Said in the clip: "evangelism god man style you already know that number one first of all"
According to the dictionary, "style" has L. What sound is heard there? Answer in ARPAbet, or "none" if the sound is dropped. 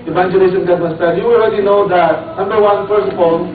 N